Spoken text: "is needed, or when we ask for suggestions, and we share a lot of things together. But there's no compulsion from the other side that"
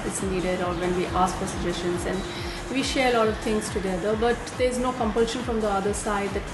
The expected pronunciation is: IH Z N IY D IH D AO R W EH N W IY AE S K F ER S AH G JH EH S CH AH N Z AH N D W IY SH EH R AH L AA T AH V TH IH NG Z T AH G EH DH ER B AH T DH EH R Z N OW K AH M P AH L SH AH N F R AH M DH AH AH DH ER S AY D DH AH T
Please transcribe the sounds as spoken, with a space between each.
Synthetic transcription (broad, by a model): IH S N IY D IH D AO R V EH N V IY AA S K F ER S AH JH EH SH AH N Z AH N D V IY SH EH R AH L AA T AH V T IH NG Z T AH G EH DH ER B AH T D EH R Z N OW K AH M P AH L SH AH N F R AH M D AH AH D ER S AY D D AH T